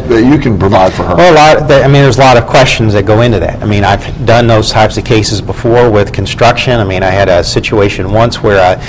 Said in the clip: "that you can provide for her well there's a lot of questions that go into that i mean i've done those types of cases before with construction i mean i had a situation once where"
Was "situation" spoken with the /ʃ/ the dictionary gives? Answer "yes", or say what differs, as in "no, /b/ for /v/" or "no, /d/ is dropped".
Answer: yes